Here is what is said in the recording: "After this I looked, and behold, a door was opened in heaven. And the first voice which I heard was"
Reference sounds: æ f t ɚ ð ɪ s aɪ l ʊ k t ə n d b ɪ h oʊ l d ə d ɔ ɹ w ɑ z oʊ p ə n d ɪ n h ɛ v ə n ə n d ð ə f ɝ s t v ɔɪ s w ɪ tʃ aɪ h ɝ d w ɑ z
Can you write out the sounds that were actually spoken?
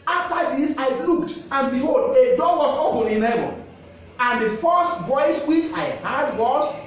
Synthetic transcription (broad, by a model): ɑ f t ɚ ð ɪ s aɪ l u k t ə n b ɪ h oʊ l d ə d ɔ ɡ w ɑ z oʊ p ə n ɪ n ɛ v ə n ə n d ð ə f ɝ s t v ɔɪ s w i tʃ aɪ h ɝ d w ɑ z